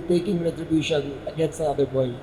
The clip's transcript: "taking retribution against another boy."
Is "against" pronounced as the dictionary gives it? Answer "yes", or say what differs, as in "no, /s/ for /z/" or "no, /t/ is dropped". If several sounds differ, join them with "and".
no, /t/ is dropped